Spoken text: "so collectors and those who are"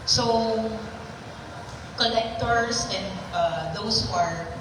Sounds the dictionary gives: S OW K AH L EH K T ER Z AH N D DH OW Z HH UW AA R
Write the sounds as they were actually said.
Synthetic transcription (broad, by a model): S OW K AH L EH K T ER S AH N D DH OW S HH UW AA R